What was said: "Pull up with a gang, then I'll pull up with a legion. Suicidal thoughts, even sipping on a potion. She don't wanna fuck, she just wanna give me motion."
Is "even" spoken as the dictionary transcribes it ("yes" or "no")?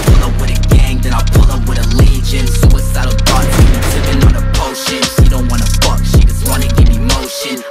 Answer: no